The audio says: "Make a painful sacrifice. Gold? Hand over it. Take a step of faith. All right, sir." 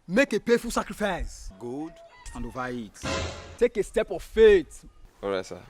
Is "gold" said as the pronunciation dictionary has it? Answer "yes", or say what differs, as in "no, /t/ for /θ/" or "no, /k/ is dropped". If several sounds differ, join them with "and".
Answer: no, /l/ is dropped